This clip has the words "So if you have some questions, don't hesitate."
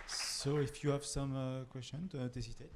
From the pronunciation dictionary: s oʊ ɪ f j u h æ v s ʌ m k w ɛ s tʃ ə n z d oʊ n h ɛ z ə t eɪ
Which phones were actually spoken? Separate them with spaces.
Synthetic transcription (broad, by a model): s oʊ ɪ f j u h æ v s ʌ m k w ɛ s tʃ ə n d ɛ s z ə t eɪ